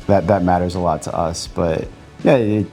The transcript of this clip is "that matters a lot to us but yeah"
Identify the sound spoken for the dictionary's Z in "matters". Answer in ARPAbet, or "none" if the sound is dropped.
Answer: Z